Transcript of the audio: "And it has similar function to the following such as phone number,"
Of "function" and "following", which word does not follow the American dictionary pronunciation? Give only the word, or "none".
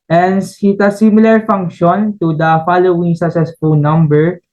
none